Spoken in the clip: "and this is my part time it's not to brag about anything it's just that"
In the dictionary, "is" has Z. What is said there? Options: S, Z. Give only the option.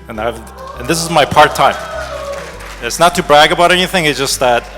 Z